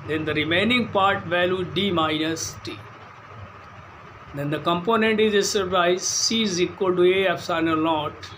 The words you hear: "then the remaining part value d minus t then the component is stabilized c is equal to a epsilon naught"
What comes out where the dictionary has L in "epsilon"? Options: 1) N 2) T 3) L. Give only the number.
1